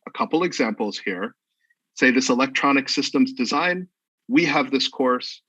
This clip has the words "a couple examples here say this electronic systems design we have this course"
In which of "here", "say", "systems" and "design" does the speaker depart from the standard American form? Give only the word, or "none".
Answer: none